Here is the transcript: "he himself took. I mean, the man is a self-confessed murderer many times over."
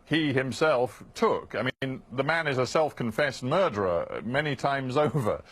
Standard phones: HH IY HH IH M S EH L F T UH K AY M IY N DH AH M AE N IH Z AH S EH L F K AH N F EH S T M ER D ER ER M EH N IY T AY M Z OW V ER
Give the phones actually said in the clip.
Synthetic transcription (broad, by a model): HH IY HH IH M S EH L F T UH K AY M IY N DH AH M AE N IH Z AH S EH L F K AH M F EH S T M ER D ER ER M EH N IY T AY M Z OW V ER